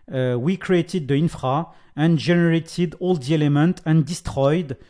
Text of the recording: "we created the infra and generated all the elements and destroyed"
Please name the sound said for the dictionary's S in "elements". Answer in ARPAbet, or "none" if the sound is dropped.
none